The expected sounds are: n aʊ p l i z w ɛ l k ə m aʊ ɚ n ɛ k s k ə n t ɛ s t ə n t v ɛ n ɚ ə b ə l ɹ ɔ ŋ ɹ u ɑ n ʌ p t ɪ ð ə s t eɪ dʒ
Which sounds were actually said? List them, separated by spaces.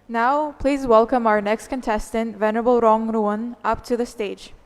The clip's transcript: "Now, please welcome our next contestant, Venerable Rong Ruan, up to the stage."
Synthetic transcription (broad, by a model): n aʊ p l i z w ɛ l k ə m aʊ ɚ n ɛ k s k ə n t ɛ s t ə n t v ɛ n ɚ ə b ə l ɹ ɔ ŋ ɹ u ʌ n ʌ p t ɪ ð ə s t eɪ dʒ